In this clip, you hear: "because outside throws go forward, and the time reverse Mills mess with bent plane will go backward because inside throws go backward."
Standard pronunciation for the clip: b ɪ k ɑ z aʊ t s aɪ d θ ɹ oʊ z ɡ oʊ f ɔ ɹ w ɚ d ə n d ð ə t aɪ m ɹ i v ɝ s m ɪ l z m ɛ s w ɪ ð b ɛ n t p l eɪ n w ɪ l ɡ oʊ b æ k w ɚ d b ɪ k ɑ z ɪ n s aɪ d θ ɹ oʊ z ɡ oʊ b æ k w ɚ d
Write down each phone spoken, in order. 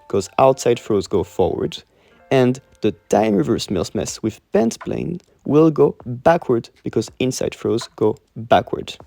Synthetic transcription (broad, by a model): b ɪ k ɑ z aʊ t s aɪ d f ɹ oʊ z ɡ oʊ f ɔ ɹ w ɚ d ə n ð ə t aɪ m ɹ i v ɝ s m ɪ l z m ɛ s w ɪ ð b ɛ n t p l eɪ n w ɪ l ɡ oʊ b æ k w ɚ d b ɪ k ɑ z ɪ n s aɪ d f ɹ oʊ z ɡ oʊ b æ k w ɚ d